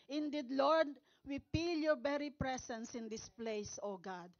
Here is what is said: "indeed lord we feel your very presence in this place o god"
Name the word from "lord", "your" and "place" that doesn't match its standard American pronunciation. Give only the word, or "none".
none